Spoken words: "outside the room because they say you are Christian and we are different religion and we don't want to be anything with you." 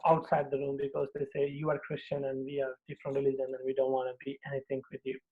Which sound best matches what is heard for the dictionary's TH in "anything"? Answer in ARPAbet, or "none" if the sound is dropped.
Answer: T